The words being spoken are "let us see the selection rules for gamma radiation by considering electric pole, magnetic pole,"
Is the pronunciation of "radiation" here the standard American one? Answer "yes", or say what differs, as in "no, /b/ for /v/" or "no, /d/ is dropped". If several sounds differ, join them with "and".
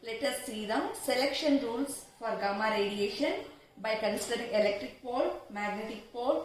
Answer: yes